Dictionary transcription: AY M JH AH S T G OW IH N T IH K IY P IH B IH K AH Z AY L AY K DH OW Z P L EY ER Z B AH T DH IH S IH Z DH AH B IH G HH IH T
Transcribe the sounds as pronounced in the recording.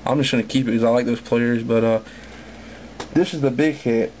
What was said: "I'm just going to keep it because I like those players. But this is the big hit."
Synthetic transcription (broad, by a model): AY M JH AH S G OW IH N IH K IY P IH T K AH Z AY L AY K DH OW Z P L EY ER Z B AH T DH IH S IH Z DH AH B IH G HH IH T